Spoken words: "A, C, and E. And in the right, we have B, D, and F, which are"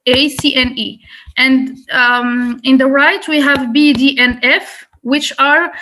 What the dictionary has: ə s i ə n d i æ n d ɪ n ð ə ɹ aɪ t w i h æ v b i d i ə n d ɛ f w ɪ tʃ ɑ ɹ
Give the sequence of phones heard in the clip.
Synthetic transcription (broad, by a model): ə s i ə n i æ n d ɪ n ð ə ɹ aɪ t w i h æ v b i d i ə n ɛ f w ɪ tʃ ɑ ɹ